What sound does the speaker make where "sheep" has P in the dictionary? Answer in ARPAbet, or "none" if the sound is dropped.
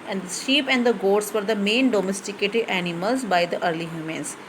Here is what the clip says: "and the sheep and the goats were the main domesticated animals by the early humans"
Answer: P